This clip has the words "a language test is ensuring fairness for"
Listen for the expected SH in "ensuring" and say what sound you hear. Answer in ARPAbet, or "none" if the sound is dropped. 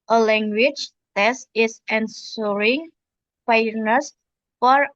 S